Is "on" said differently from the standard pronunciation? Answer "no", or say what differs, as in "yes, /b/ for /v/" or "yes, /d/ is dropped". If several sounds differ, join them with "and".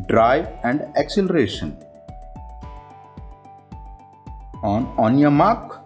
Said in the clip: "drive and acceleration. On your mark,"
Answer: no